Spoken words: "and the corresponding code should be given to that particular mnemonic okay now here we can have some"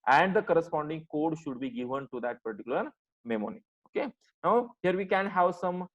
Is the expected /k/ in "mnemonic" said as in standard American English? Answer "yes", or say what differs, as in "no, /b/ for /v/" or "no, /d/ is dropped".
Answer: no, /k/ is dropped